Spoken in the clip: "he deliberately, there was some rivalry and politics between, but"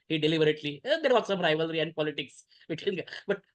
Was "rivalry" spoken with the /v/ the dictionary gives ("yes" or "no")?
yes